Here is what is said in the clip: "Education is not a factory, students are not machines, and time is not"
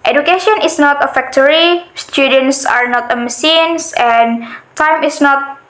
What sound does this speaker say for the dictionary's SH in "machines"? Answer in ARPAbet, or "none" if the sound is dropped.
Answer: S